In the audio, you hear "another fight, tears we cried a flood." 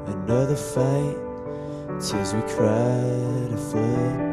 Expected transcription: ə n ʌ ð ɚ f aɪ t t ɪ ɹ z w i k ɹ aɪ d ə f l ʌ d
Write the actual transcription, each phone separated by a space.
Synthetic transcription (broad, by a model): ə n ʌ ð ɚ f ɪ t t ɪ l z w i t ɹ aɪ d ə f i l